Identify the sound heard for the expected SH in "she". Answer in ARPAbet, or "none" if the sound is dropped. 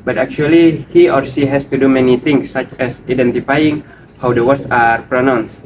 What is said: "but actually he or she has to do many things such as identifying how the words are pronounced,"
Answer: S